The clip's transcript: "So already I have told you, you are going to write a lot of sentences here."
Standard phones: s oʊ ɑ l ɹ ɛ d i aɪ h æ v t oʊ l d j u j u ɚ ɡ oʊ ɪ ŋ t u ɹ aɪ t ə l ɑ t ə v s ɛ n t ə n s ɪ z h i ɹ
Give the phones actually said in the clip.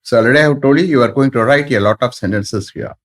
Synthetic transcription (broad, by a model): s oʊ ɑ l ɛ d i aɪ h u t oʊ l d j u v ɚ ɡ oʊ ɪ ŋ t u ɹ aɪ t ə l ɑ t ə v s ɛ n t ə n s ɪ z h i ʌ